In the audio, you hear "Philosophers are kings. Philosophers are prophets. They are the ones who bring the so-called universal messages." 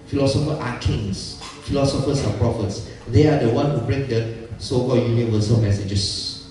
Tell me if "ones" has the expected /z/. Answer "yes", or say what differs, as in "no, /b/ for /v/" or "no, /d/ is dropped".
no, /z/ is dropped